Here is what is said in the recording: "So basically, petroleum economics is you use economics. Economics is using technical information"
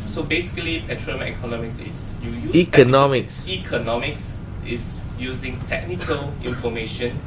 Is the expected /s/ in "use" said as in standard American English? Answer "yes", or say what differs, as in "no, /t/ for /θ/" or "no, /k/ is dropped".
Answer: no, /s/ is dropped